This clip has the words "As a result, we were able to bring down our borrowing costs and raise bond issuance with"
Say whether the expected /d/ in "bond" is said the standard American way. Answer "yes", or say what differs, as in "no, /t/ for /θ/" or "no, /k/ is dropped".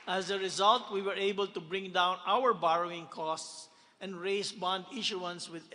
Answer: yes